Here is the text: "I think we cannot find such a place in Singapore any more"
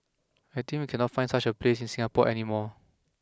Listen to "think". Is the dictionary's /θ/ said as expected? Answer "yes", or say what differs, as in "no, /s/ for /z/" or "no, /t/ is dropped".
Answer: no, /t/ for /θ/